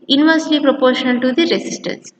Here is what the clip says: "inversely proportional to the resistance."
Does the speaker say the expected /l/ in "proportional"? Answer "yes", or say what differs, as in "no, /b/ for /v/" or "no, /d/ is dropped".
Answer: no, /n/ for /l/